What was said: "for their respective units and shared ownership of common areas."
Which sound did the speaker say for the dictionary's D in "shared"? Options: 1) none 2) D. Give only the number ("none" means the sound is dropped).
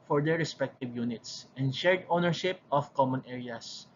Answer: 2